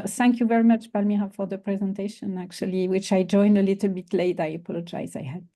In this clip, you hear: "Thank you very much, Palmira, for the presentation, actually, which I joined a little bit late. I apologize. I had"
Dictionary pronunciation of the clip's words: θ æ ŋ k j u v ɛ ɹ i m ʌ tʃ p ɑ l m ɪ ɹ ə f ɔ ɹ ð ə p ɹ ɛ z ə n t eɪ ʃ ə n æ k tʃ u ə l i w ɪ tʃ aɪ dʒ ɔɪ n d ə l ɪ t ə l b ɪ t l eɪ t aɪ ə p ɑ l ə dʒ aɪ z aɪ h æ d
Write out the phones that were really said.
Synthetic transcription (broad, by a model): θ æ ŋ k j u v ɛ ɹ i m ʌ tʃ b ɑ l m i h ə f ɔ ɹ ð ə p ɹ ɛ z ə n t eɪ ʃ ə n æ k tʃ u ə l i w ɪ tʃ aɪ dʒ ɔɪ n d ə l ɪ t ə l b ɪ t l eɪ t aɪ ə p ɑ l ə dʒ aɪ z aɪ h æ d